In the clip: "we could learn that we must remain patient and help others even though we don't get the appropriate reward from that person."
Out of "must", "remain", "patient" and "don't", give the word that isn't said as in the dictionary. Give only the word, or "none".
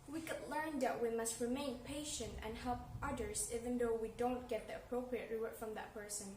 none